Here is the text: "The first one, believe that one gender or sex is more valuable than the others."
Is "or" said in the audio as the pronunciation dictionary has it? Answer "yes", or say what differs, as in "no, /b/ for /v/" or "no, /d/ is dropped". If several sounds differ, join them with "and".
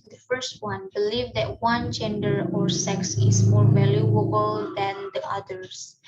yes